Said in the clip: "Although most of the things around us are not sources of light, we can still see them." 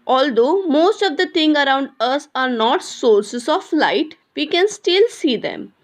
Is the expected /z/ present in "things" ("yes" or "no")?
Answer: no